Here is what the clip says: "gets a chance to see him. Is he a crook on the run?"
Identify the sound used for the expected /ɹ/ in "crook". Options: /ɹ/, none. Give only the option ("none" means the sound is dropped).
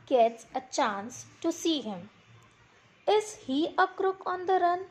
/ɹ/